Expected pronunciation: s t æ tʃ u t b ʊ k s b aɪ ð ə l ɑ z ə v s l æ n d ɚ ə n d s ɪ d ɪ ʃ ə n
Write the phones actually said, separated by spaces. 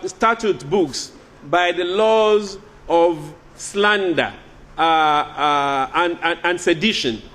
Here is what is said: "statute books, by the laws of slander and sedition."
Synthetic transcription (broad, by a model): s t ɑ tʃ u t b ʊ k s b aɪ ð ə l ɑ z ə v s l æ n d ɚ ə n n s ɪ d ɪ ʃ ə n